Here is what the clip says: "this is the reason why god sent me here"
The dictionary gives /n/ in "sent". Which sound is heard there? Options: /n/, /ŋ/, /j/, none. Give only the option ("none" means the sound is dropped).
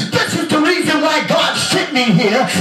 none